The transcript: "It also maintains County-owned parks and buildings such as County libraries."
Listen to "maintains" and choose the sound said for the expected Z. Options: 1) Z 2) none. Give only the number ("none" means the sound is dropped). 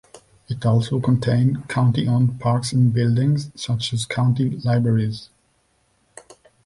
2